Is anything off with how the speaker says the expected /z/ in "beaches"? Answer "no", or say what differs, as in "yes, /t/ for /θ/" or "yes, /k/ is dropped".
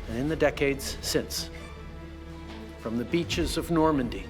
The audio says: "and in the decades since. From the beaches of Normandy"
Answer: no